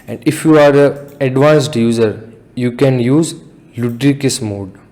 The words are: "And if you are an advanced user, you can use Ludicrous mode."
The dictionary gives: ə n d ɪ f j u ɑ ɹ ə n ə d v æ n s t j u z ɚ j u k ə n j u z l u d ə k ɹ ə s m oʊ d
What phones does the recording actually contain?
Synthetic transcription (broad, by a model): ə n d ɪ f j u ɑ ɹ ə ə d v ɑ n s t j u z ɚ j u k ə n j u z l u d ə k ə s m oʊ d